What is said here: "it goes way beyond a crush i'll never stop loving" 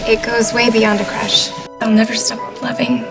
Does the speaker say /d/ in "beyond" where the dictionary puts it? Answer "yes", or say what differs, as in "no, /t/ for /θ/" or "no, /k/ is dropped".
yes